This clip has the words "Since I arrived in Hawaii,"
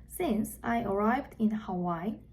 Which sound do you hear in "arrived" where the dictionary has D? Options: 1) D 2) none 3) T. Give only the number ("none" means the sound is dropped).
1